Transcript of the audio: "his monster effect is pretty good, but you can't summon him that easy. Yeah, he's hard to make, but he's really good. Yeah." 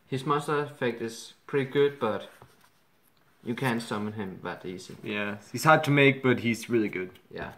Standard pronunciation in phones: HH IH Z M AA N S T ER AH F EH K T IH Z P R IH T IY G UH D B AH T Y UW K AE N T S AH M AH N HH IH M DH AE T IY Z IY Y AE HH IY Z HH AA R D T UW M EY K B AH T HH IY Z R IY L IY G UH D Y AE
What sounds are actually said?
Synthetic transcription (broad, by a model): HH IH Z M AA S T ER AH F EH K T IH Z P R IH T IY G UH D B AH T Y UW K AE N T S AH M AH N HH IH M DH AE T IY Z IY Y AE HH IY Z HH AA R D T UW M EY K B AH T HH IY Z R IY L IY G UH D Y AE